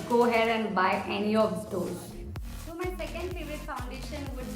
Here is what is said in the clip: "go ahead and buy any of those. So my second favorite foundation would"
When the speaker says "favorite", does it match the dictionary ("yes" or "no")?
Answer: no